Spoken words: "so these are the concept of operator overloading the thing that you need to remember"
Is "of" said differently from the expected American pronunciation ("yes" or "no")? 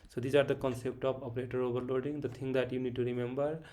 yes